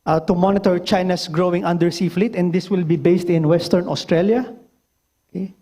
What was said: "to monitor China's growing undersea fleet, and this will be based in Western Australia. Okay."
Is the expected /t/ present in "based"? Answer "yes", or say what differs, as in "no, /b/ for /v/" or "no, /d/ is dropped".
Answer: yes